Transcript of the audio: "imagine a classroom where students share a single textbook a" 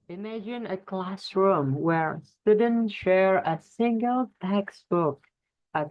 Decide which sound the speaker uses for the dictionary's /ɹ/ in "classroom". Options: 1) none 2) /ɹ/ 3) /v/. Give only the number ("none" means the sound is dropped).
2